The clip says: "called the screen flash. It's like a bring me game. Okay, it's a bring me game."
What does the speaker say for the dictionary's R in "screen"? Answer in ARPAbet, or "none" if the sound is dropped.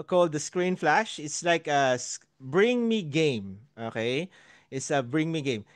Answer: R